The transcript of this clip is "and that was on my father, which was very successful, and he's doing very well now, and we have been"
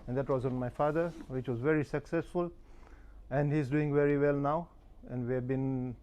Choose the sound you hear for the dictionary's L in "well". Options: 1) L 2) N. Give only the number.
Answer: 1